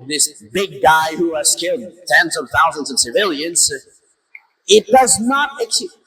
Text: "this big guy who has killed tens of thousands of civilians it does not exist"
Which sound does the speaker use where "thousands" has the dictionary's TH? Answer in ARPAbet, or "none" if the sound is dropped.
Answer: TH